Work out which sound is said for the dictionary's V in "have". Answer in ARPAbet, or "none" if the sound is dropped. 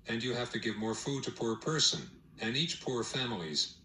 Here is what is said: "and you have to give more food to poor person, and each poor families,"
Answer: F